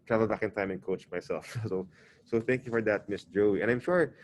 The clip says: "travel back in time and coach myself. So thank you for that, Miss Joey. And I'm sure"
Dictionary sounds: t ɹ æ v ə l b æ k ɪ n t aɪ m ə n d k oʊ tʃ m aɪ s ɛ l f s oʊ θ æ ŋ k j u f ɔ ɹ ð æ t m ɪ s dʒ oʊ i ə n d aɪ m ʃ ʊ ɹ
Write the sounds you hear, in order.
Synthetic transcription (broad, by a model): t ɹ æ v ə l b æ k ɪ n t aɪ m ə n k oʊ tʃ m aɪ s ɛ l f s oʊ θ æ ŋ k j u f ɔ ɹ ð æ t m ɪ s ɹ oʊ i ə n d aɪ m ʃ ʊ ɹ